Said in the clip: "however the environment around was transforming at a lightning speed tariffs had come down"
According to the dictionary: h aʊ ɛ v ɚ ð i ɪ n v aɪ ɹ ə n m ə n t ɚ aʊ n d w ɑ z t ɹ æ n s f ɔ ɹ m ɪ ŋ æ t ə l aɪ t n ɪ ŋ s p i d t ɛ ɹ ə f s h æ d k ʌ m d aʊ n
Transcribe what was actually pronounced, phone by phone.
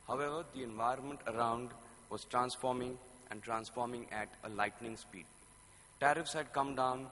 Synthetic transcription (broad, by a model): h aʊ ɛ v ɚ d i ɪ n v aɪ ɹ ə n m ə n t ɚ aʊ n d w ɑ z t ɹ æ n s f ɔ ɹ m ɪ ŋ æ t ə l aɪ t n ɪ ŋ s p i d t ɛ ɹ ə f s h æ d k ʌ m d aʊ n